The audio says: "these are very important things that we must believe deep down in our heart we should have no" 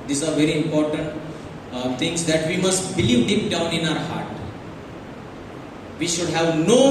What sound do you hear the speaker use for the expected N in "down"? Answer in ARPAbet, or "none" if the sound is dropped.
N